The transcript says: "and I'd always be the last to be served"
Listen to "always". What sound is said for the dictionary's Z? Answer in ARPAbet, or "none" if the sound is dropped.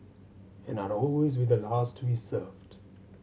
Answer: Z